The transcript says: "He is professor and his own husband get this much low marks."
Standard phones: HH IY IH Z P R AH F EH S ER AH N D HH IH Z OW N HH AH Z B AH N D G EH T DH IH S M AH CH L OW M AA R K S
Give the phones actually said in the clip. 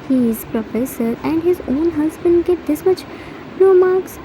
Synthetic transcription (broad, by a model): HH IY IH Z P R AH F EH S ER AH N D HH IH Z OW N HH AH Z B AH N D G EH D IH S M AH CH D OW M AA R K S